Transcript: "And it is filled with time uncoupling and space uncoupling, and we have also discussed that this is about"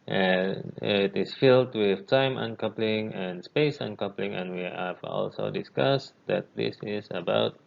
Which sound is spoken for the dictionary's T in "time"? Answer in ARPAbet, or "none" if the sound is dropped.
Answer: T